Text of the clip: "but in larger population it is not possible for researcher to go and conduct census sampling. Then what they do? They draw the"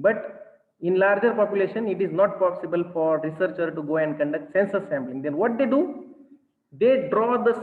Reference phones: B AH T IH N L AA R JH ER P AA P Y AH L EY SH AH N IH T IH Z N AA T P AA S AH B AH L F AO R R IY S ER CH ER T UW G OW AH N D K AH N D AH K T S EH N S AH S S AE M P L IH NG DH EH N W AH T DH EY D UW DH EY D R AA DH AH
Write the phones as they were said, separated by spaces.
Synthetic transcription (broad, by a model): B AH T IH N L AA R JH ER P AA P Y AH L EY SH AH N IH T IH Z N AA T P AA S AH B AH L F AO R R IY S ER CH ER T UW G OW AH N D K AH N D AH K T S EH N S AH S S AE M B L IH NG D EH N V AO T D EY D UW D EY D R AA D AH